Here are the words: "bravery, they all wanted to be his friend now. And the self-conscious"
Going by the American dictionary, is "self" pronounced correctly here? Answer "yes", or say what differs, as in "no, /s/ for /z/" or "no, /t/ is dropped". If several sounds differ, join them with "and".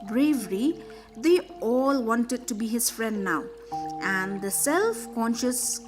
yes